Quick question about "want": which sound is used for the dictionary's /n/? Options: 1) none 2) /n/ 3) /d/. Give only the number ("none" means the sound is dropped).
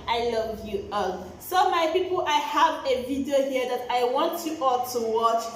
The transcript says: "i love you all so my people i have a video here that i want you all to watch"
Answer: 2